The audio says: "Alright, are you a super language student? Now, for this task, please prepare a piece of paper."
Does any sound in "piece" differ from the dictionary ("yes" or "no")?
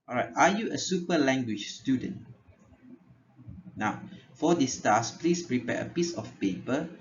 no